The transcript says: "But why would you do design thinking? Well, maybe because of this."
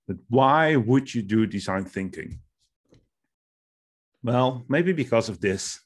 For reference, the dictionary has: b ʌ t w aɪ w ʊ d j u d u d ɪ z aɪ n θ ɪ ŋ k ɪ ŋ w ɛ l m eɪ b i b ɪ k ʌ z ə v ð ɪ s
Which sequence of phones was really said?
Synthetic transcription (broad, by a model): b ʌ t w aɪ w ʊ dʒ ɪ d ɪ d ɪ z aɪ n θ ɪ ŋ k ɪ ŋ w ɛ l m eɪ b i b ɪ k ʌ z ə v ð ɪ s